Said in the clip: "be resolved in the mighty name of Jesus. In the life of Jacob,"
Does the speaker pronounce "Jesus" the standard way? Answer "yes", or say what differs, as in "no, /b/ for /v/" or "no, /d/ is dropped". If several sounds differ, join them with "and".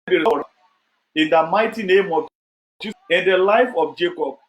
no, /s/ is dropped